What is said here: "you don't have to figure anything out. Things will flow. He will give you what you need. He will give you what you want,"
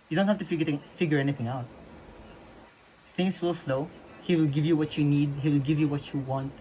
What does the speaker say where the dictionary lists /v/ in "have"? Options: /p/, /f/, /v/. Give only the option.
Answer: /f/